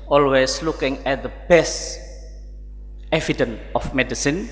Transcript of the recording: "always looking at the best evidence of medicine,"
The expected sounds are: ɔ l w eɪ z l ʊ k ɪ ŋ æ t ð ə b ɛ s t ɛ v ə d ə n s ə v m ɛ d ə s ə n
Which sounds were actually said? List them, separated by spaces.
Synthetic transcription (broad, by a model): ɔ l w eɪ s l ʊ k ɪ ŋ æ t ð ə b ɛ s t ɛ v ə d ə n ə f m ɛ d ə s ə n